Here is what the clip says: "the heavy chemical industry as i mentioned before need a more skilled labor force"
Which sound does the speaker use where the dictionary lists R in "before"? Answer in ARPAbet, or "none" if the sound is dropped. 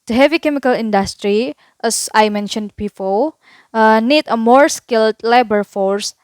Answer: L